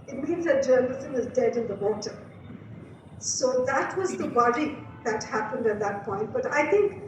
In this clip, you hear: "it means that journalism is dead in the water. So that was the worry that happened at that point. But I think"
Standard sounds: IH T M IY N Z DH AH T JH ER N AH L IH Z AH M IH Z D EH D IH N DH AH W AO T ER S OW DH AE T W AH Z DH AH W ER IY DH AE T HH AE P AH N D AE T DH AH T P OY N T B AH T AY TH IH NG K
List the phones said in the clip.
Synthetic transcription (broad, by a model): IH T M IY N Z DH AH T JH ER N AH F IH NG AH IH Z D EH D IH N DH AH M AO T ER S OW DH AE T W AH Z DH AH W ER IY DH AE T HH AE P AH N D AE T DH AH T P OY N T B AH T AY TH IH NG K